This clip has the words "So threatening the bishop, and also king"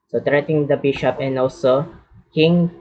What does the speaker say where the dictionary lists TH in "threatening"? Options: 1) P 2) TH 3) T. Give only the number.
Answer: 3